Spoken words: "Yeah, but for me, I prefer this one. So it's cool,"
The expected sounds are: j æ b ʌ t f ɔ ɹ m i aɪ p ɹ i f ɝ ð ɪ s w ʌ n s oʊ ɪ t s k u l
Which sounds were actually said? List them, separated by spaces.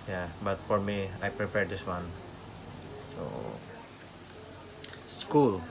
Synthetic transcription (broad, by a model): j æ b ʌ t f ɔ ɹ m i aɪ p ɹ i p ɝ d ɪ s w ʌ n s oʊ s k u l